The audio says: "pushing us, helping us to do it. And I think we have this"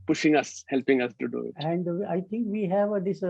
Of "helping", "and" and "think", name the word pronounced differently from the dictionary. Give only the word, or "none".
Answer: think